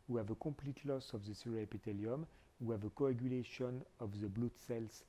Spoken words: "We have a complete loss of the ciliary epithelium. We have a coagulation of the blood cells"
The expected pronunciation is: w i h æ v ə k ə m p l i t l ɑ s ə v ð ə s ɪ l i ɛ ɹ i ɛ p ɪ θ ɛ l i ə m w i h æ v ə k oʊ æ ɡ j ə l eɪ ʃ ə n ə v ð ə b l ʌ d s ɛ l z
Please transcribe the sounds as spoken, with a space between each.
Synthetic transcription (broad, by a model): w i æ v ə k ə p l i t l ɑ s ə v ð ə s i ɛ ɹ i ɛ p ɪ t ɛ l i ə m w i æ v ə k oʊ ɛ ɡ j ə l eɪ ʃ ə n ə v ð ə b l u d s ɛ l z